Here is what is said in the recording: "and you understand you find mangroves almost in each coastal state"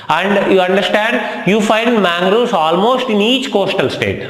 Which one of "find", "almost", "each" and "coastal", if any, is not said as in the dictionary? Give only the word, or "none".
none